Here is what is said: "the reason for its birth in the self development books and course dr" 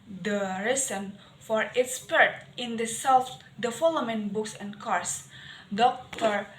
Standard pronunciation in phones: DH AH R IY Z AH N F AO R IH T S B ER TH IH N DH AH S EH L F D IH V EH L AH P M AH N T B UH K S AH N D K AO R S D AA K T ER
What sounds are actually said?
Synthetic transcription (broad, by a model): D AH R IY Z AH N F AO R IH T S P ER T IH N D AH S EH L F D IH F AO L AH M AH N B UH K S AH N K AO R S D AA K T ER